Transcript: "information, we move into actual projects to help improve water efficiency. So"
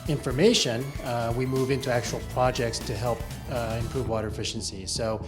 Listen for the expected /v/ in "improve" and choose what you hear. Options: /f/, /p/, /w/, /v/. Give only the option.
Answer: /v/